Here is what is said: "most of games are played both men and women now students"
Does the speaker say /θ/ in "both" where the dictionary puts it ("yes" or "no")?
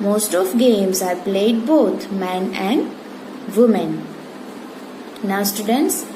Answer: no